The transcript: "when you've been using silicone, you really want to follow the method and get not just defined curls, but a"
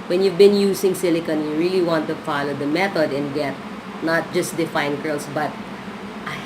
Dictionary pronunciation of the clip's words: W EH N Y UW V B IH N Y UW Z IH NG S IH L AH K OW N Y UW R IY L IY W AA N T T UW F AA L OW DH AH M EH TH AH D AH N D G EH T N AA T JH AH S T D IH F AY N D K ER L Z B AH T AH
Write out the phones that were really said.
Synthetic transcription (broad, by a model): W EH N Y UW V B IH N Y UW S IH NG S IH L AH K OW N Y UW R IY L IY W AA N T T UW F AA L OW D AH M EH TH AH D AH N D G EH T N AA T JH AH S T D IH F AY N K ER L S B AH T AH